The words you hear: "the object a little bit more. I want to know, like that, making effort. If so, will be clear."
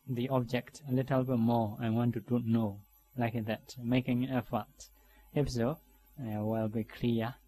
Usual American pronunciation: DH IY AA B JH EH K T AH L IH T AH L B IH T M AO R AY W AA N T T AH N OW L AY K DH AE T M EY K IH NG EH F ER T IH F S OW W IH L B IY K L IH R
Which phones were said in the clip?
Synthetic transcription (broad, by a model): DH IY AA B JH EH K T AH L IH T AH L B IH T M AO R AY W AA N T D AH N OW L AY K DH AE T M EY K IH NG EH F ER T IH P S OW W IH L B IY K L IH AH